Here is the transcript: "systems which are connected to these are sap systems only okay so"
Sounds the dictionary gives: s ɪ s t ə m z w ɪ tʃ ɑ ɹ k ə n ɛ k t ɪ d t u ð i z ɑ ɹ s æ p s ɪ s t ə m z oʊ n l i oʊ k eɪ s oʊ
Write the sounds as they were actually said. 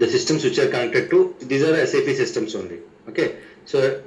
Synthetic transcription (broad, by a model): s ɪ s t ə m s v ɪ tʃ ɑ ɹ k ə ʊ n t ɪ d t u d i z ɑ ɹ s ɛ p s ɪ s t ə m s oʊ n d i oʊ k eɪ s oʊ